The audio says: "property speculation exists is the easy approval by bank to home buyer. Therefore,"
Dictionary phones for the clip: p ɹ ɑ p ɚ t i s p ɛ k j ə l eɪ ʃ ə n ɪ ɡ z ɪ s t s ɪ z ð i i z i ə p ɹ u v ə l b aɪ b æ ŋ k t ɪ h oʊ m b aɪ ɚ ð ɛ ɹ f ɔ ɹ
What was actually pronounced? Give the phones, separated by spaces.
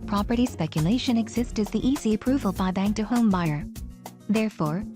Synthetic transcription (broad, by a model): p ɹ ɑ p ɚ t i s p ɛ k j ə l eɪ ʃ ə n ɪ ɡ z ɪ s t ɪ z ð i i z i ə p ɹ u v ə l b aɪ b æ ŋ k t ɪ h oʊ m b aɪ ɚ ð ɛ ɹ f ɔ ɹ